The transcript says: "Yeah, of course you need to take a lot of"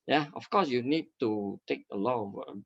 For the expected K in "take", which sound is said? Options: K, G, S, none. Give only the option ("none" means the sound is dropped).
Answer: K